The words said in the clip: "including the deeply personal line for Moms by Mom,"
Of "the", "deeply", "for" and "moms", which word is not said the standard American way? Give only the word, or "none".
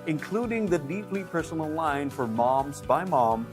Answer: none